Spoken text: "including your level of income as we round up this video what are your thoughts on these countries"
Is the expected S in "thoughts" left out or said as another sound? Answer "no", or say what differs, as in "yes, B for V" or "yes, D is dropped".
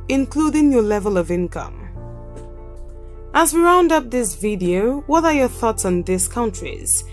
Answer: no